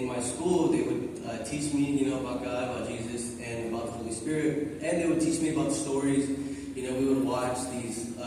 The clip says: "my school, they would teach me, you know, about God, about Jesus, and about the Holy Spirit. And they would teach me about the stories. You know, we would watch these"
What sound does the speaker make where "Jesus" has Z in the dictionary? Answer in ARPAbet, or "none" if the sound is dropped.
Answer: Z